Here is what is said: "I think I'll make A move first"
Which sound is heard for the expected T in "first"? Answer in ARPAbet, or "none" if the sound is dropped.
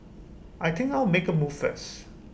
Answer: none